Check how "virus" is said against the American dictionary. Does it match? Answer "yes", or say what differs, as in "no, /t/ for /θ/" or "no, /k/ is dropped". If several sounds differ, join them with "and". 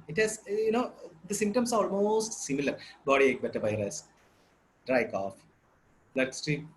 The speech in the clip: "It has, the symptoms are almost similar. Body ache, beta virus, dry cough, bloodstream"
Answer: no, /b/ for /v/